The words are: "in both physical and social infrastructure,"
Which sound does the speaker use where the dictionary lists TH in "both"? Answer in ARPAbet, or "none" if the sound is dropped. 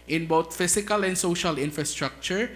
T